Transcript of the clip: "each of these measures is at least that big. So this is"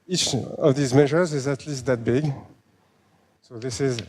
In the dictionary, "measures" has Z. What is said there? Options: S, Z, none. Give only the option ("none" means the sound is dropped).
Z